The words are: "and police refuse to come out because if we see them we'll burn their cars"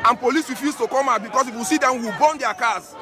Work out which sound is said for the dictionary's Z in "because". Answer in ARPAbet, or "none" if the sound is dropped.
S